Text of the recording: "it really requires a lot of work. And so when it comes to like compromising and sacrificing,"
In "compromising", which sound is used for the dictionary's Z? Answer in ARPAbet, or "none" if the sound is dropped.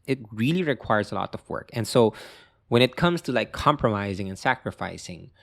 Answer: Z